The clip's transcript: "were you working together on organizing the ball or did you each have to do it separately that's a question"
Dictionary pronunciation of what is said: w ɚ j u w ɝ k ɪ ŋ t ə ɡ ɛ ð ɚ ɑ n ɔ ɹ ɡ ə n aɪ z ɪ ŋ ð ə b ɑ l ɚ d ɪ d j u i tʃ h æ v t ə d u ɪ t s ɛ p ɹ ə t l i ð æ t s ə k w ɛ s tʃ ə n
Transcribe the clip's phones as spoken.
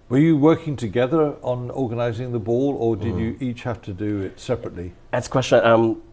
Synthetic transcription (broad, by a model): w ɚ j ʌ w ɝ k ɪ ŋ t ə ɡ ɛ ð ɚ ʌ n ɔ ɹ ɡ ə n aɪ z ɪ ŋ ð ə b ɑ l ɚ d ɪ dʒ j i tʃ h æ f t ə d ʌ ɪ t s ɛ p ɹ ə t l i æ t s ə k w ɛ s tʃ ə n